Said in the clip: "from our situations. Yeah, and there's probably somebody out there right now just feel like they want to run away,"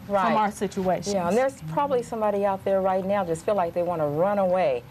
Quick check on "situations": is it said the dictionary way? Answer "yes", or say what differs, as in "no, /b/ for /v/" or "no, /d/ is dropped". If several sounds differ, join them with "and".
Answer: no, /ʃ/ is dropped